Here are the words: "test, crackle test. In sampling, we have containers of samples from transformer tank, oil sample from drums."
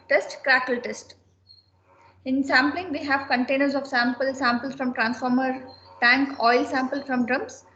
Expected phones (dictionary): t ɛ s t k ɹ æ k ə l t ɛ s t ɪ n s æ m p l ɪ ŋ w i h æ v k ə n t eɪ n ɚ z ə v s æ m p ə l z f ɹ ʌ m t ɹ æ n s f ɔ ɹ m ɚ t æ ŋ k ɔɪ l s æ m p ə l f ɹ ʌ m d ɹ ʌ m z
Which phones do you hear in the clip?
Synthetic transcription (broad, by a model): t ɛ s t k ɹ æ k ə l t ɛ s t ɪ n s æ m p l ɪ ŋ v i h æ v k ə n t eɪ n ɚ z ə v s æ m p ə l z f ɹ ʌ m t ɹ æ n s f ɔ ɹ m ɚ t æ ŋ k ɔɪ l s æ m p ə l f ɹ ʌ m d ɹ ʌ m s